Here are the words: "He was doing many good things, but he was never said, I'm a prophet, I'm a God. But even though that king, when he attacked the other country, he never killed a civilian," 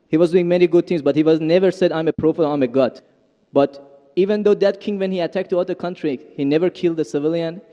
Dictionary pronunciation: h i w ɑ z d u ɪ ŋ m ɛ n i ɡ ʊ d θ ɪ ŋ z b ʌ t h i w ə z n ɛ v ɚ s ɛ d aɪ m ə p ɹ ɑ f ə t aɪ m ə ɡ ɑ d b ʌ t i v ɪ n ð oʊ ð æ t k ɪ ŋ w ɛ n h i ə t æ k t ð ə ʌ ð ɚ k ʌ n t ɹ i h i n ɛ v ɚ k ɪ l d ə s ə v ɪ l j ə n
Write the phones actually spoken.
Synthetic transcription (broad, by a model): h i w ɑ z d u ɪ ŋ m ɛ n i ɡ ʊ d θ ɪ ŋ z b ʌ t h i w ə z n ɛ v ɚ s ɛ d aɪ m ə p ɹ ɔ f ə aɪ m ə ɡ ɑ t b ʌ t i v ɪ n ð oʊ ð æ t k ɪ ŋ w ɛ n h i ə t æ k t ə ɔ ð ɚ k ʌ n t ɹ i h i n ɛ v ɚ k ɪ l d ə s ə v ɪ l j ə n